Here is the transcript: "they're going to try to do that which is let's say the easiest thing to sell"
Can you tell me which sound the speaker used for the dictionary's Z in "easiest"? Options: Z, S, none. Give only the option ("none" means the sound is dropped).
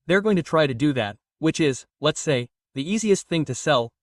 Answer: Z